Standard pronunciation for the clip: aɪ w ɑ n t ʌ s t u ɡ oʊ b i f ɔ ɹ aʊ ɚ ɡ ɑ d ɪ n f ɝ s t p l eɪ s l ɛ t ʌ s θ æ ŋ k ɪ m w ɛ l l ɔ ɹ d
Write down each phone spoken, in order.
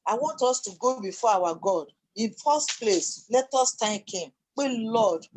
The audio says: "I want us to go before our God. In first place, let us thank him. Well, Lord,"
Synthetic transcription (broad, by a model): aɪ w ɑ n t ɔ s t u ɡ oʊ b i f ɔ aʊ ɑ ɡ ɑ d ɪ n f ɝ s t p l eɪ s l ɛ t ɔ s t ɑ k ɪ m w ɛ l l ɔ d